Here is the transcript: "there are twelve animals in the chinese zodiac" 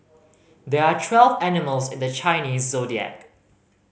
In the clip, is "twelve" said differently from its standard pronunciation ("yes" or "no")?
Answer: no